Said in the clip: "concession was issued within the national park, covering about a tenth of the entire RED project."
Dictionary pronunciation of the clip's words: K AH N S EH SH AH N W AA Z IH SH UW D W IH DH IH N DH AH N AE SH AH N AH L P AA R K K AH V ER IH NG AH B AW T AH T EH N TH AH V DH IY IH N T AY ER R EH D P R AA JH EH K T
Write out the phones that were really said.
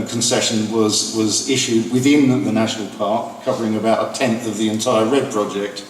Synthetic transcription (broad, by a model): K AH N S EH SH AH N W AA Z IH SH UW D W IH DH IH N DH AH N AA SH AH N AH L P AA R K K AH V ER IH NG AH B AW T AH T EH N TH AH V DH IY IH N T AY ER R EH D P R AA JH EH K T